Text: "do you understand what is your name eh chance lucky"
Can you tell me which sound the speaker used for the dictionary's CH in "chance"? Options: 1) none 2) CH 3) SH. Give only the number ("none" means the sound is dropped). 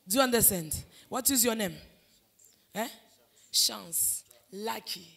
3